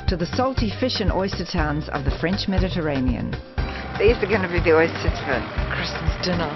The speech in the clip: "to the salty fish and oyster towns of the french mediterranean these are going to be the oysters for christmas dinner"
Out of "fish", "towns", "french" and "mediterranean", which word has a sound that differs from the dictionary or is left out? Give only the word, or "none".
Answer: none